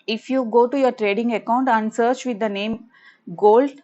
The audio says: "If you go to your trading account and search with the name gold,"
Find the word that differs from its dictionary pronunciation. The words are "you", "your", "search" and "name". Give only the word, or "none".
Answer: none